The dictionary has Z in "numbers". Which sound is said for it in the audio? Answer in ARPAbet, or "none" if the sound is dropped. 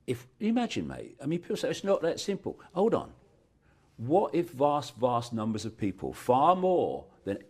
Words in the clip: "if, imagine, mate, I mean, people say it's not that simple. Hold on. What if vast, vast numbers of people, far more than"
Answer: Z